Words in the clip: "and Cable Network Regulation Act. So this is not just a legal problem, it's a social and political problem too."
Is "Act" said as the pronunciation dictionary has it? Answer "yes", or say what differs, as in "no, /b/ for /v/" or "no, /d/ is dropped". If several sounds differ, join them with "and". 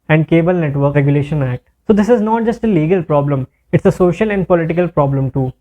yes